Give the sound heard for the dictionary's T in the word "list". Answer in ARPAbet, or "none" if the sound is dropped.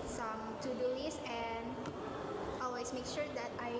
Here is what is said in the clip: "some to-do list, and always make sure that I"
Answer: none